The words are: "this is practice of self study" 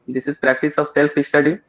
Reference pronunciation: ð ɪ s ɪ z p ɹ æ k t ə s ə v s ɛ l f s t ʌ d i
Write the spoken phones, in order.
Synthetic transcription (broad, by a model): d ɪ s ɪ z p ɹ æ k t ə s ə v s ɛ l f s t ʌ d i